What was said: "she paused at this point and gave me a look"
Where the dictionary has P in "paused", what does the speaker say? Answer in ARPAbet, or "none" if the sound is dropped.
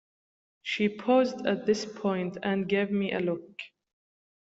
P